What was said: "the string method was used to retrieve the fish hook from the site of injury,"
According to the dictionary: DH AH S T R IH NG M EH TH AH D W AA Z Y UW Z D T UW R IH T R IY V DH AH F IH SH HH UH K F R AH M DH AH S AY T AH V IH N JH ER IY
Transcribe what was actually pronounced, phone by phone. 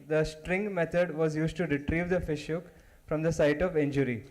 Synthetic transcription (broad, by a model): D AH S T R IH NG M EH T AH D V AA Z Y UW Z D T UW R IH T R IY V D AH F IH SH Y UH K F R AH M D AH S AY T AH V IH N JH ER IY